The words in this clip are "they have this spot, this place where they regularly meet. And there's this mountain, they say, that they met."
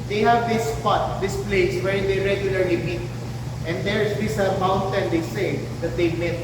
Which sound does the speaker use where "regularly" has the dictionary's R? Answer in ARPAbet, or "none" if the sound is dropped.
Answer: R